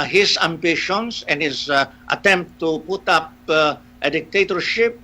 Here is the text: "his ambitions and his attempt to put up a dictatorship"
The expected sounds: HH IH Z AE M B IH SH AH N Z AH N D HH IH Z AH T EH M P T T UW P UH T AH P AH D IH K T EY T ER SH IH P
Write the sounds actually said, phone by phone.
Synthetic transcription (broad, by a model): HH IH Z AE M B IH SH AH N S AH N HH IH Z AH T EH M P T T UW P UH T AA P AH D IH K T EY T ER SH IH P